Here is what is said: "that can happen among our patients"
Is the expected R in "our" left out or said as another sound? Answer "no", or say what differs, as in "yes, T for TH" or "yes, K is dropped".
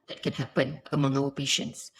yes, L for R